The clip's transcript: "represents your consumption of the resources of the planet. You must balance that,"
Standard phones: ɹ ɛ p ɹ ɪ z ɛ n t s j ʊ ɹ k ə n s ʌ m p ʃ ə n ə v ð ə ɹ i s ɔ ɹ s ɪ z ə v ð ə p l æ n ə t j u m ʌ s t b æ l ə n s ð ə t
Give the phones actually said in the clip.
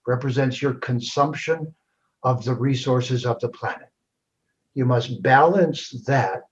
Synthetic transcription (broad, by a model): ɹ ɛ p ɹ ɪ z ɛ n t s j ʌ ɹ k ə n s ʌ m p ʃ ə n ə v ð ə ɹ i s ɔ ɹ s ɪ z ə v ð ə p l æ n ə t j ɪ m ʌ s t b æ l ə n s ð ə t